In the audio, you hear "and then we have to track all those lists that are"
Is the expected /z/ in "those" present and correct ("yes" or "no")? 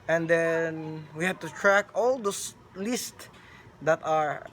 no